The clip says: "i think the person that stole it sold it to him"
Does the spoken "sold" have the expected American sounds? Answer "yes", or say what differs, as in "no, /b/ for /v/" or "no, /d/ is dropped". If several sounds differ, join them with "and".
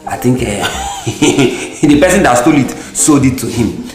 no, /l/ is dropped